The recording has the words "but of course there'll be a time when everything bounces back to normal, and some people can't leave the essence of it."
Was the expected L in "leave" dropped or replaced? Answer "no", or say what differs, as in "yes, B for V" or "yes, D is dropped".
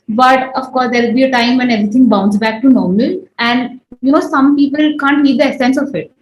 yes, N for L